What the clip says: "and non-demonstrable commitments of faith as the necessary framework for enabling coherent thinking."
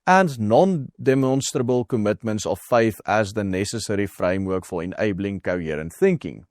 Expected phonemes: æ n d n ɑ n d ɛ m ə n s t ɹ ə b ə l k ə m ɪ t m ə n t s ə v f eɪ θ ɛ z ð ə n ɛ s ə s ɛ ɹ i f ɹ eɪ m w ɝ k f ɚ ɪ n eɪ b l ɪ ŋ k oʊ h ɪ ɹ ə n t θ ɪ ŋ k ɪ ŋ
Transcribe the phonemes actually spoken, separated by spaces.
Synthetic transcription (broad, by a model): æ n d n ɑ n d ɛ m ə n s t ɹ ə b ə l k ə m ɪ t m ə n t s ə f f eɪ f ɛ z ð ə n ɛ s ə s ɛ ɹ i f ɹ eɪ m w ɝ k f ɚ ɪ n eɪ b l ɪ ŋ k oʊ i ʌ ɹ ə n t θ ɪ ŋ k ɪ ŋ